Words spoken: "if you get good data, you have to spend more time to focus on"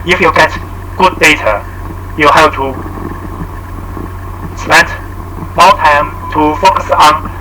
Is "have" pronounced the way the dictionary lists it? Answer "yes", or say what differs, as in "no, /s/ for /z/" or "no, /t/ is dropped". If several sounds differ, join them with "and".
no, /p/ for /v/